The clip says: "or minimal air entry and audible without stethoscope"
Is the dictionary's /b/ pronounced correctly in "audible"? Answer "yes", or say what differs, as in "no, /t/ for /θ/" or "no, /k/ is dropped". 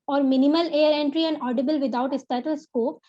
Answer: yes